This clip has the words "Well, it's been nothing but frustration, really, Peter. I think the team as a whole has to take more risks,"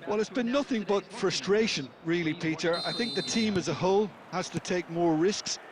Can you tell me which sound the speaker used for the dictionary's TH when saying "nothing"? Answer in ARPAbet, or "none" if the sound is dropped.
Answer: TH